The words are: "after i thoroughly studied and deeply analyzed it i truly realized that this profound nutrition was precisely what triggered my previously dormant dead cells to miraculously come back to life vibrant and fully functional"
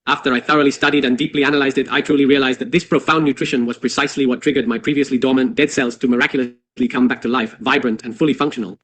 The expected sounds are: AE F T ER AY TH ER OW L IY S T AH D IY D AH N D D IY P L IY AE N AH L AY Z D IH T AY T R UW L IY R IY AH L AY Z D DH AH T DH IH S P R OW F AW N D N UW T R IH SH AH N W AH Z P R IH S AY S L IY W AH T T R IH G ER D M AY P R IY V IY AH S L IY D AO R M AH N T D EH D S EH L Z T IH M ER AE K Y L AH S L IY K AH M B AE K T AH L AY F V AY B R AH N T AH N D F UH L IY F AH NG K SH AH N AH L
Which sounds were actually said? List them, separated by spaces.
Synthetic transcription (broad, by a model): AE F T ER AY TH ER OW L IY S T AH D IY D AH N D D IY P L IY AE N AH L AY Z D IH T AY T R UW L IY R IY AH L AY Z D DH AH T DH IH S P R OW F AW N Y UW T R IH SH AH N W AH Z P R IH S AY S L IY W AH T T R IH G ER D M AY P R IY V IY AH S L IY D AO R M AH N D EH D S EH L Z T IH M ER AE K Y L AH S L IY K AH M B AE K T AH L AY F V AY B R AH N T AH N F UH L IY F AH NG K SH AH N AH L